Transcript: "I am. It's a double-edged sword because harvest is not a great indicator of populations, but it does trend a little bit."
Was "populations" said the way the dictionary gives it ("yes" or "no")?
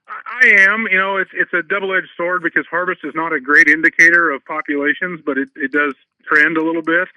yes